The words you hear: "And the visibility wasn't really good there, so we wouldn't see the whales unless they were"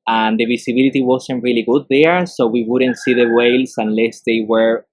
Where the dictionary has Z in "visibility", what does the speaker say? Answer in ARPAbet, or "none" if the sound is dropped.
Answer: S